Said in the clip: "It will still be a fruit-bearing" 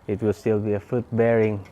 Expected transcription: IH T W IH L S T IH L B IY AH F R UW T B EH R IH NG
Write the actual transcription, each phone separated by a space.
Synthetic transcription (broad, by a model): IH T W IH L S T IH L B IY AH F UW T B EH R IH NG